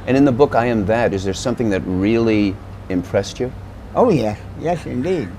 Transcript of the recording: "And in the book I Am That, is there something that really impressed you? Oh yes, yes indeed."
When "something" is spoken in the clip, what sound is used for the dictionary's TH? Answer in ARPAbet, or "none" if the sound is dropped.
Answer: TH